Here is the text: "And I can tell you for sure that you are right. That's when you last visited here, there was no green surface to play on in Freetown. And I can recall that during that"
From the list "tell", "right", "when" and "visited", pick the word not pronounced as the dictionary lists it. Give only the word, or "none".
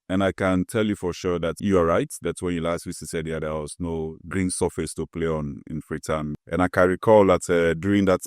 visited